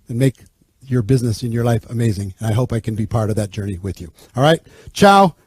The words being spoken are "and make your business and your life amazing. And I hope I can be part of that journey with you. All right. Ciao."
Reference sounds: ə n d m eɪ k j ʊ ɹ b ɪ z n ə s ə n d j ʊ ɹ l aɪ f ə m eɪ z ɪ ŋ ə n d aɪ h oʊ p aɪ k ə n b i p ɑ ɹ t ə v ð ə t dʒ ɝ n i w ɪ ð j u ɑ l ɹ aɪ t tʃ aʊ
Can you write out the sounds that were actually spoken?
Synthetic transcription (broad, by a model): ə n m eɪ k j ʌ ɹ b ɪ z n ə s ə n j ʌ ɹ l aɪ f ə m eɪ z ɪ ŋ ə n aɪ h oʊ p aɪ k ə n b i p ɑ ɹ t ə v ð ə t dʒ ɝ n i w ɪ ð j u ɑ l ɹ aɪ t tʃ aʊ